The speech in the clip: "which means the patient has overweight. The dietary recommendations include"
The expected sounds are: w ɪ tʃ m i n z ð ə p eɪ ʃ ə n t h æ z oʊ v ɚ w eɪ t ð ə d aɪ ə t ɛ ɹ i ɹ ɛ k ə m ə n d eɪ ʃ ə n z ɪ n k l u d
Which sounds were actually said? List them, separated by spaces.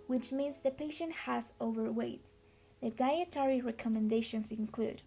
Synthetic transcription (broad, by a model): w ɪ tʃ m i n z ð ə p eɪ ʃ ə n t h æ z oʊ v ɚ w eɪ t ð ə d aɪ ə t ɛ ɹ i ɹ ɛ k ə m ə n d eɪ ʃ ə n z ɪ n k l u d